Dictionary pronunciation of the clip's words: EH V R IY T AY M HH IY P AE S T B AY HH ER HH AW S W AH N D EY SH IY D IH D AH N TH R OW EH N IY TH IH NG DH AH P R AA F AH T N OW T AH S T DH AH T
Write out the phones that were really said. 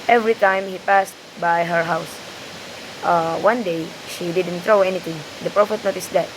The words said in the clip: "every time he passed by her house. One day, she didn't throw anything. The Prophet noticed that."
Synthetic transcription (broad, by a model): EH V R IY T AY M HH IY P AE S T B AY HH ER HH AW S W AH N D EY SH IY D IH D AH N T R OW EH N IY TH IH NG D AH P R AA F AH T N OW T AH S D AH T